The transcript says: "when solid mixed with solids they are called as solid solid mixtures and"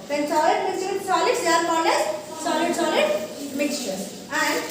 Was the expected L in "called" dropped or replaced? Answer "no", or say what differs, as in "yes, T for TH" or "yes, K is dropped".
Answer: yes, N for L